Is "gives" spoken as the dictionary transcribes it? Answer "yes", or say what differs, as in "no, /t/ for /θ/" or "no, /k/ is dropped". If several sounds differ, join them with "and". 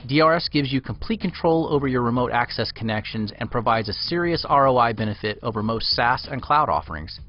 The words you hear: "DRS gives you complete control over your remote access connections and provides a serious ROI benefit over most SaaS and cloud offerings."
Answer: yes